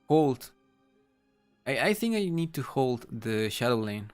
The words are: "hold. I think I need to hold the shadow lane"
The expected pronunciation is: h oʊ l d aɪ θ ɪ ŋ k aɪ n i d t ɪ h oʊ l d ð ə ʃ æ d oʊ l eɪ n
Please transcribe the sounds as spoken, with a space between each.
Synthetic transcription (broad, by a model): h oʊ l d aɪ θ ɪ ŋ k aɪ n i d t ɪ h oʊ l d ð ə ʃ æ d oʊ l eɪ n